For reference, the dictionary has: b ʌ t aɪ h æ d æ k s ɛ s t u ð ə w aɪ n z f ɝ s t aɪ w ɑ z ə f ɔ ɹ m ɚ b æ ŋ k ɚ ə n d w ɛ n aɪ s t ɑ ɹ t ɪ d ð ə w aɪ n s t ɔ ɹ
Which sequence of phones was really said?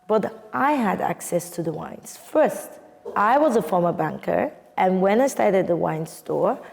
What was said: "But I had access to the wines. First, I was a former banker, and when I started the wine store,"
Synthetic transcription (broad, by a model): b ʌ t aɪ h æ d æ k s ɛ s t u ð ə w aɪ n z f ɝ s t aɪ w ɑ z ə f ɔ ɹ m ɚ b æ ŋ k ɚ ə n w ɛ n aɪ s t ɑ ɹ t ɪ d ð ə w aɪ n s t ɔ ɹ